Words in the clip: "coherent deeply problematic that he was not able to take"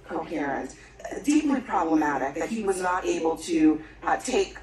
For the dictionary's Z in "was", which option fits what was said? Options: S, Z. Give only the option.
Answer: Z